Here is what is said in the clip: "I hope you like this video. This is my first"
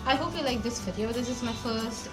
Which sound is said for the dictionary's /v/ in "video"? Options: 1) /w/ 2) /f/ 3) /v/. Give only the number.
2